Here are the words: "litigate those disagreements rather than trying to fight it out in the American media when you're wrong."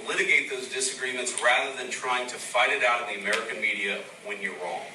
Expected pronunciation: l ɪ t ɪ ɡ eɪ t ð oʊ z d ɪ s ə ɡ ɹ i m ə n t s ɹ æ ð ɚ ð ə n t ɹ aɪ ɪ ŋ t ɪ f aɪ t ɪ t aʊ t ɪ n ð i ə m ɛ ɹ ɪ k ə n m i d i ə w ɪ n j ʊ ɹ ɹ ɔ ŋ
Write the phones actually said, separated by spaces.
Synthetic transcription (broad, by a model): l ɪ t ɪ ɡ eɪ t ð oʊ z d ɪ s ə ɡ ɹ i m ə n t s ɹ æ ð ɚ ð ə n t ɹ aɪ ɪ ŋ t ɪ f aɪ t ɪ t aʊ t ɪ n ð i ə m ɛ ɹ ɪ k ə n m i d i ə w ɪ n j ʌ ɹ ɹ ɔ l